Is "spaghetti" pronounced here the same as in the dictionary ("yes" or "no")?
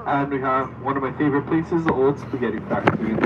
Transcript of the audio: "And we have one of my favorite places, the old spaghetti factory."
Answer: no